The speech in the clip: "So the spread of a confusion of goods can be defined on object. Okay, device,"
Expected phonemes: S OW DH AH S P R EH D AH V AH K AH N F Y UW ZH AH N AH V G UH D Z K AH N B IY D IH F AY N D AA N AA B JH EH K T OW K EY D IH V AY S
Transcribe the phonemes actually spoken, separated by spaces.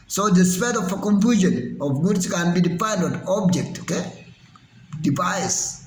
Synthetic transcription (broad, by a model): S OW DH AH S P EH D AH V AH K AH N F Y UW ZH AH N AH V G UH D S K AH N B IY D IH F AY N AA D AA B JH EH K T OW K EY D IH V AY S